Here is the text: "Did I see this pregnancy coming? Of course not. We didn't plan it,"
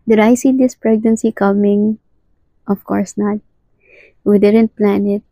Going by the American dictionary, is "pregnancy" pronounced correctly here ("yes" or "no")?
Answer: yes